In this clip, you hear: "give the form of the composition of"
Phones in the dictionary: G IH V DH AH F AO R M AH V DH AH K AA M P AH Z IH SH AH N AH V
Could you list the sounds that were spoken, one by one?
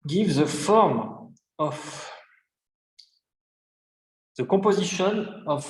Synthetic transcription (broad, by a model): G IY V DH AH F AO R M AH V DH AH K AA P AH Z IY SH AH N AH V